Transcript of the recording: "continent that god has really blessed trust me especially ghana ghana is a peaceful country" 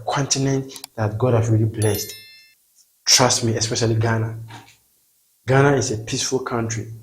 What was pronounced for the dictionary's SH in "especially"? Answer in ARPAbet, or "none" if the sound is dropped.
SH